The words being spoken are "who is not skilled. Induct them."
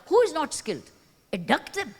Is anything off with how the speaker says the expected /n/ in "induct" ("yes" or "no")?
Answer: yes